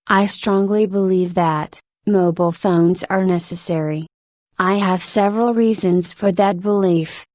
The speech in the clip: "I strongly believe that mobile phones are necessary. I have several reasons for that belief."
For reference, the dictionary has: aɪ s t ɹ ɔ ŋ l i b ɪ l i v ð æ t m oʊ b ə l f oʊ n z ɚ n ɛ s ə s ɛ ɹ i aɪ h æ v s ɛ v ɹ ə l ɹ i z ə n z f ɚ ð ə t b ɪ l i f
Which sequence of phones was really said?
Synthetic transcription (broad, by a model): aɪ s t ɹ ɔ ŋ l i b ɪ l i v ð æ t m oʊ b l f oʊ n z ɚ n ɛ s ə s ɛ ɹ i aɪ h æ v s ɛ v ɹ ə l ɹ i z ə n z f ɚ ð ə t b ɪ l i f